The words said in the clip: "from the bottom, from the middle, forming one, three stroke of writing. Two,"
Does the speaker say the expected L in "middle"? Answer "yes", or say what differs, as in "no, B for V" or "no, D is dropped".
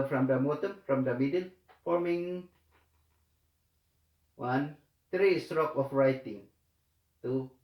no, N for L